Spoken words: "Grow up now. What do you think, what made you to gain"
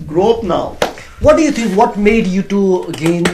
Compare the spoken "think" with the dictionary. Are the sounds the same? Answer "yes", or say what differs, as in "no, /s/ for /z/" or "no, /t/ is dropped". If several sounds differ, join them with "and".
no, /t/ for /θ/